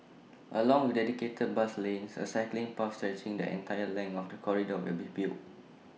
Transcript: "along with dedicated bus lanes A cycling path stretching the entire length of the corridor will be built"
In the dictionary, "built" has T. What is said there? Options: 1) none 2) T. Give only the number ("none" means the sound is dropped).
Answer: 1